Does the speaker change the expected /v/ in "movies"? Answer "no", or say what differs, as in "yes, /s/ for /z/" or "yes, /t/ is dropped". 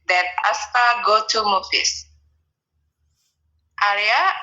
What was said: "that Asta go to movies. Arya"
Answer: yes, /f/ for /v/